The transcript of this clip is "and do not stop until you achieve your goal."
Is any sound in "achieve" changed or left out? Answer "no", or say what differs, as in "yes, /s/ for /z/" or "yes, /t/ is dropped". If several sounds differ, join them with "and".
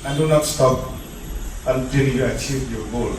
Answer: no